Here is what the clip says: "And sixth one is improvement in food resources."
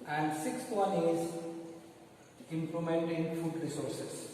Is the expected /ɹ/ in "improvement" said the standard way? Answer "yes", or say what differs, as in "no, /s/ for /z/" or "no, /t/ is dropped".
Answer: no, /l/ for /ɹ/